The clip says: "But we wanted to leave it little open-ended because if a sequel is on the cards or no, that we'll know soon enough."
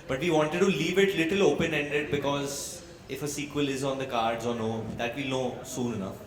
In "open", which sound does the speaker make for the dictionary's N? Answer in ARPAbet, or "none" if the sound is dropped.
N